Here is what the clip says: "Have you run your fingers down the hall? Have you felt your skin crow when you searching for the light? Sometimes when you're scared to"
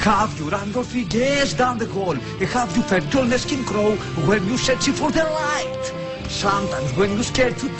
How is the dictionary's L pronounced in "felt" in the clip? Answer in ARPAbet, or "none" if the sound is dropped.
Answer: none